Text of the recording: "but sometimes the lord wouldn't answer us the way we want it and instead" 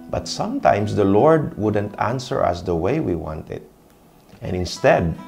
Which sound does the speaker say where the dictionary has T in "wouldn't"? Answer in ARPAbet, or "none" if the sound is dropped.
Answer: T